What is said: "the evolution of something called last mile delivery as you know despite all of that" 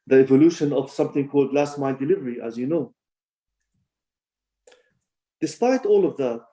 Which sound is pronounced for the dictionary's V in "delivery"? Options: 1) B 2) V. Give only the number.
2